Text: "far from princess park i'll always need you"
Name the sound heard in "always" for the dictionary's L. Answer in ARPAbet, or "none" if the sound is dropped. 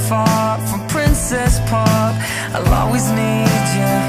none